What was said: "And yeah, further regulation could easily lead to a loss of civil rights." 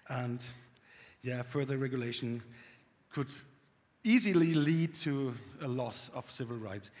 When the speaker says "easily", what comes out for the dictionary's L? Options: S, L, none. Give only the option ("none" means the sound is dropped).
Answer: L